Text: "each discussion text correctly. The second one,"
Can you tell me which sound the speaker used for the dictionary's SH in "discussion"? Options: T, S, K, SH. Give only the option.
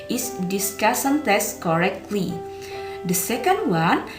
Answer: S